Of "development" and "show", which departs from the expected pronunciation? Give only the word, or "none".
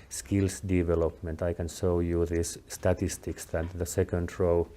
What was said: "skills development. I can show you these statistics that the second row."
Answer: show